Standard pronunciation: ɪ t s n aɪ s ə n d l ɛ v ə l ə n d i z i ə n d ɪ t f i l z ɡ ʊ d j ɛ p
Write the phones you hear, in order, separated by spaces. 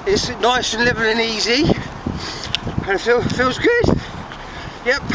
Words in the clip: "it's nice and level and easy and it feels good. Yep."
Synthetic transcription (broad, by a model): ɪ t s n aɪ s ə n l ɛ v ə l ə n i z i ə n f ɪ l f i l z ɡ ʊ d j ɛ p